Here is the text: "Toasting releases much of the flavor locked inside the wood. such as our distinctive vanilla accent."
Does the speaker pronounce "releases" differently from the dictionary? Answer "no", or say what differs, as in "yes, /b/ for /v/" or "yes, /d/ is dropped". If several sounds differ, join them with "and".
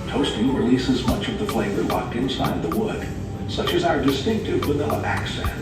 no